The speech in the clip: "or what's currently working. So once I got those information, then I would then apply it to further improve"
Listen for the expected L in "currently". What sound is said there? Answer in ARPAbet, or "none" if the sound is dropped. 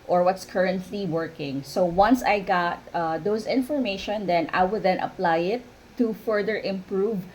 L